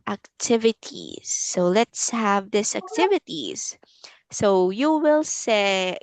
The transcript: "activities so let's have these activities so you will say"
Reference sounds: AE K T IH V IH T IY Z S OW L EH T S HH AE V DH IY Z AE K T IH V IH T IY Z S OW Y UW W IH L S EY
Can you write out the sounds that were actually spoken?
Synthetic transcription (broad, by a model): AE K T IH V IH T IY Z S OW L EH T S HH AE V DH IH S AE K T IH V IH T IY Z S OW Y UW W IH L S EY